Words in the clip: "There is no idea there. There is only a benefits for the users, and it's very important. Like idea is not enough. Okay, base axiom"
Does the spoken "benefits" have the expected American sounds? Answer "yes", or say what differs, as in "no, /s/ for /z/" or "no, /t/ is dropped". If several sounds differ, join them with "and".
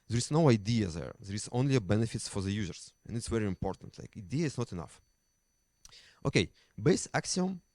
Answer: no, /s/ is dropped